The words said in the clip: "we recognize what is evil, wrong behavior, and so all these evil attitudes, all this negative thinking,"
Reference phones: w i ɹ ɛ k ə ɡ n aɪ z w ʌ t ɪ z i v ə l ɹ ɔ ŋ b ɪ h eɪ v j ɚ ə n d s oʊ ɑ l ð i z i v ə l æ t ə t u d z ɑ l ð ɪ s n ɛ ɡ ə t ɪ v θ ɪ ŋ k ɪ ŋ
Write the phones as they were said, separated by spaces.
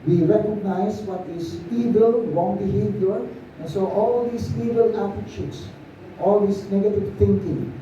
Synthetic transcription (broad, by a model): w i ɹ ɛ k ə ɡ n aɪ s w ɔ t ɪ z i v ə l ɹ ɔ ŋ b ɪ h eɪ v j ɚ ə n s oʊ ɑ l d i s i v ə l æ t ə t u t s ɑ l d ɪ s n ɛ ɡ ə t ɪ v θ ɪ ŋ k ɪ ŋ